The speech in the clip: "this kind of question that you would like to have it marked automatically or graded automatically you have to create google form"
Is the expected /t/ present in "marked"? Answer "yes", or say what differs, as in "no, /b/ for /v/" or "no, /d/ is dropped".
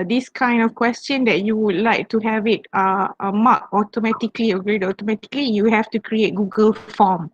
no, /t/ is dropped